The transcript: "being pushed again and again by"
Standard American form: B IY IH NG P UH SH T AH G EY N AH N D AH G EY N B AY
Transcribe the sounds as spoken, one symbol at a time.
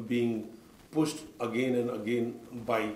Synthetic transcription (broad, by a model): B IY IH NG P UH S T AH G EY N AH N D AH G EY N B AY